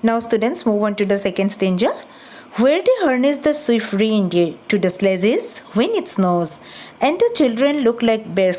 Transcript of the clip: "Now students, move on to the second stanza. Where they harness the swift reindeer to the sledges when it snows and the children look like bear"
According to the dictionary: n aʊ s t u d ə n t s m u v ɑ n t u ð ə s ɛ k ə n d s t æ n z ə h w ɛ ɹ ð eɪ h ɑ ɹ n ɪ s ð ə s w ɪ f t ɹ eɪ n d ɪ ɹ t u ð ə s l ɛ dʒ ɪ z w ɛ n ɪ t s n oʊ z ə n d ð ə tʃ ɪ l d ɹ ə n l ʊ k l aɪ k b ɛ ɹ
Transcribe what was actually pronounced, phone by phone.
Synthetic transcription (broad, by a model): n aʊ s t u d ə n t s m u v ɑ n t u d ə s ɛ k ə n d s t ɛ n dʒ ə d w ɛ ɹ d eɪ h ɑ ɹ n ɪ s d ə s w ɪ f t ɹ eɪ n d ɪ t u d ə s l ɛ z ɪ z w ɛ n ɪ t s n oʊ z ə n d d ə tʃ ɪ l d ɹ ə n l ʊ k l aɪ k b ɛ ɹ